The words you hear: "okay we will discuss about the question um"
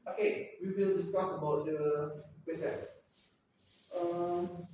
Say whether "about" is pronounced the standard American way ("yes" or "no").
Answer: yes